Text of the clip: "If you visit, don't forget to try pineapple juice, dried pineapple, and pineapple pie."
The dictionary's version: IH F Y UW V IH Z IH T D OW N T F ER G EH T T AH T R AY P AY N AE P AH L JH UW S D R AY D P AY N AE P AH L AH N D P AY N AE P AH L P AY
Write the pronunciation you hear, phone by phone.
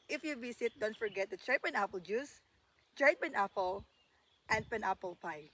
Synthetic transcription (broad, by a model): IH F Y UW B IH S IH T D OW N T F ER G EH T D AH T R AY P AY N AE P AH L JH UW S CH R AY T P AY N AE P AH L AH N D P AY N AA P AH L P AY